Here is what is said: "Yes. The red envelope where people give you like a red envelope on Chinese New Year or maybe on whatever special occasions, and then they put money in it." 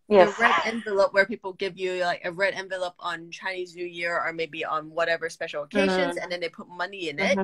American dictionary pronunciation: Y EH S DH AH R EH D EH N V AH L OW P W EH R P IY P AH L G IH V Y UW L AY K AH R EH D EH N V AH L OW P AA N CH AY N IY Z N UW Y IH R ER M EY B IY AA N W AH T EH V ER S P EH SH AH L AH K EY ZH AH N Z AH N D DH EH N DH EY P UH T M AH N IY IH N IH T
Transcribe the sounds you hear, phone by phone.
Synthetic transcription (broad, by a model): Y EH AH R EH D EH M V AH L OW P W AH R P IY P L G IH V Y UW L AY K AH R EH D EH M V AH L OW P N CH AY N IY Z N UW Y IH R ER M EY B IY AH N W AH T EH V ER S P EH SH L AH K EY ZH AH N Z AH N DH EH N DH EY P UH T M AH N IY IH N IH T